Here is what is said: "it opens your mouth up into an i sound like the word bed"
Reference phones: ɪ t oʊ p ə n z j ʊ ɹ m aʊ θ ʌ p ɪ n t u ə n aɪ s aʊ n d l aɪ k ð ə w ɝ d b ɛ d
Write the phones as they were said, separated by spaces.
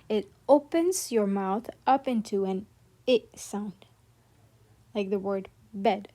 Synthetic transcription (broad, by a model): ɪ t oʊ p ə n z j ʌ ɹ m aʊ θ ʌ p ɪ n t u ə n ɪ s aʊ n d l aɪ k ð ə w ɝ d b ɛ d